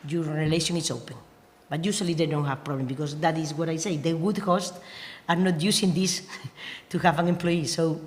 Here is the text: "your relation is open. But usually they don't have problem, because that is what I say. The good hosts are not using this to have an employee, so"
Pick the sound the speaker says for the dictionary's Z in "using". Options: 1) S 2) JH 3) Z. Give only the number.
1